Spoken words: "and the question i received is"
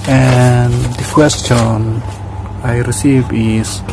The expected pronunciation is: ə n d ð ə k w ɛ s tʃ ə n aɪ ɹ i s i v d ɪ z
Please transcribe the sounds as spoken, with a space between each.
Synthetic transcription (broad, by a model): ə n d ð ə k w ɛ s tʃ ə n aɪ ɹ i s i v ɪ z